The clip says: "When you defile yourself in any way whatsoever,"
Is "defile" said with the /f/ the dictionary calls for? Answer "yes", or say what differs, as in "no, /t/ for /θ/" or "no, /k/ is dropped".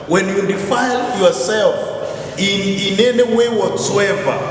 yes